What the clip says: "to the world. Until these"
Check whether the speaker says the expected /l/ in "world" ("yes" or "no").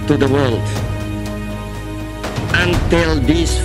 yes